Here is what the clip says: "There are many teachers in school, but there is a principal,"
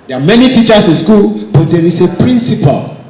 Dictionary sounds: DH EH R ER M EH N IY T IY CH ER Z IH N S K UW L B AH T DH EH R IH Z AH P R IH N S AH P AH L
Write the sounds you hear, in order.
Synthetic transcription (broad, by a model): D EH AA M EH N IY T IY CH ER S IH N S K UW L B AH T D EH R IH S AH P R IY N S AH P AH L